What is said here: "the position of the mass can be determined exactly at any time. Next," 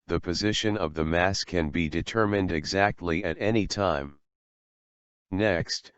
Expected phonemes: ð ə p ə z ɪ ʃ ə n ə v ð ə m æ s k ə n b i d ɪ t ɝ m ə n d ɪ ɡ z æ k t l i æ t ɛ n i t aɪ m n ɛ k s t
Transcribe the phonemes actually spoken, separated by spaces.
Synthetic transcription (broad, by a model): ð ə p ə z ɪ ʃ ə n ə v ð ə m æ s k ə n b i d ɪ t ɝ m ə n d ɪ ɡ z æ k t l i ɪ t ɛ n i t aɪ m n ɛ k s t